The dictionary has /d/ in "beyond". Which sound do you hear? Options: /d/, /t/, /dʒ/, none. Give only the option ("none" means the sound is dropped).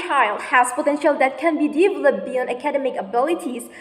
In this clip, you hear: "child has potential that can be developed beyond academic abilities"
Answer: none